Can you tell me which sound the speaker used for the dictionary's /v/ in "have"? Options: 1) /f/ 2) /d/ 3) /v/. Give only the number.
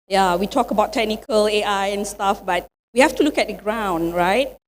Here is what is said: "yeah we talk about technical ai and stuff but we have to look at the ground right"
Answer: 1